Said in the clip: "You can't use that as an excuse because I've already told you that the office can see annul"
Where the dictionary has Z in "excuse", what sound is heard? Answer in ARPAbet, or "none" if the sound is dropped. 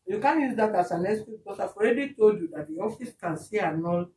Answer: none